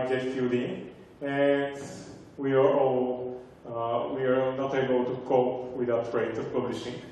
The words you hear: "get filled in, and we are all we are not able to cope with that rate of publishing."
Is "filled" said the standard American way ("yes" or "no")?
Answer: no